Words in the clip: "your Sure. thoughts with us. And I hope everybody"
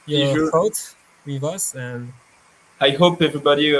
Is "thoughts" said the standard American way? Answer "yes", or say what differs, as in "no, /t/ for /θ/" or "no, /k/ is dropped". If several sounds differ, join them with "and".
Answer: no, /s/ is dropped